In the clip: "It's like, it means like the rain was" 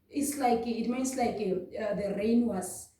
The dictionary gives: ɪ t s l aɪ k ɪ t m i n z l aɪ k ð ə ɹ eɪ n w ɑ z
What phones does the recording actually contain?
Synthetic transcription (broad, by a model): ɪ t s l aɪ k ɪ t m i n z l aɪ k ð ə ɹ eɪ n w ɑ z